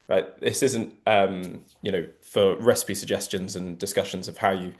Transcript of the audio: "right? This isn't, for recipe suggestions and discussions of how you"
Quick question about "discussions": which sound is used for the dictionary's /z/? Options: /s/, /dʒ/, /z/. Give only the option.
/z/